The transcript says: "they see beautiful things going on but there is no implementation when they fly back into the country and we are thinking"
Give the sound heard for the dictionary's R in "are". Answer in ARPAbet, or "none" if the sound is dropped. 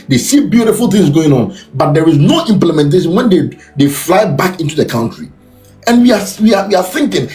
W